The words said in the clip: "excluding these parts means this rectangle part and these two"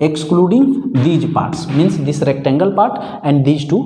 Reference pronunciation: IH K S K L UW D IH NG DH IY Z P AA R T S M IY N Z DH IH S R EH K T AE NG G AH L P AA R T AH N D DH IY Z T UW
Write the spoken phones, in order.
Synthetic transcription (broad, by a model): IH K S K L UW D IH NG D IY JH P AA R T S M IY N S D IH S R EH K T AE NG G AH L P AA R T AH N D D IY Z T UW